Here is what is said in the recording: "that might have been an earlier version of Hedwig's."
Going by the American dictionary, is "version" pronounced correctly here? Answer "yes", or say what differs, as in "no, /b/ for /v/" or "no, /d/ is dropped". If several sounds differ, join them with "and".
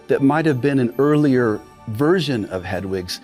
yes